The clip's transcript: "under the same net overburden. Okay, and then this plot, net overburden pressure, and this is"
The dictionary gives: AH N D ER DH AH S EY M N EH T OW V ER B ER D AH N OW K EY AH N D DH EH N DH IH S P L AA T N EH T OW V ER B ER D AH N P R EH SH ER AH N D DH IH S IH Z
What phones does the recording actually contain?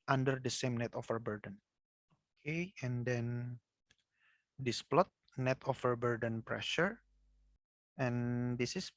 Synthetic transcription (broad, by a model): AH N D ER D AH S EY M N EH T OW F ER B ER D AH N OW K EY AH N D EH N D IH S P L AA T N EH T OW F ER B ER D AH N P R EH SH ER AH N D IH S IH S